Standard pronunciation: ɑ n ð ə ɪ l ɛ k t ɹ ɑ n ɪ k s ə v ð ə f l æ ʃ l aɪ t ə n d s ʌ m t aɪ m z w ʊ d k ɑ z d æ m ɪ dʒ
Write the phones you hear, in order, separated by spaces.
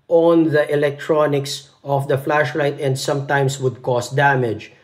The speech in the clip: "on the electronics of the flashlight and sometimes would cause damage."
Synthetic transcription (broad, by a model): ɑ n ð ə ɪ l ɛ k t ɹ ɑ n ɪ k s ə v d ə f l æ ʃ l aɪ t ə n d s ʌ m t aɪ m s w ʊ d k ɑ s d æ m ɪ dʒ